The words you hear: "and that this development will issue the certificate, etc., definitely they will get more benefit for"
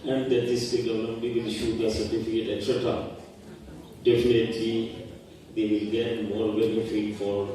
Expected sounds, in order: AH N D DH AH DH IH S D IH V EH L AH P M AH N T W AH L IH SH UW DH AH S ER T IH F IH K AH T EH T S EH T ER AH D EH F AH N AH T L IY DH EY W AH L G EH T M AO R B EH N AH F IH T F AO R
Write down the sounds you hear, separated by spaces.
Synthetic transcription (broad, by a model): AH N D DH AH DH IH S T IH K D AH M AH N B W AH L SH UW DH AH S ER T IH F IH K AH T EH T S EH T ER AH D EH F AH N AH T L IY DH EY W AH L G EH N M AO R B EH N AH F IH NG F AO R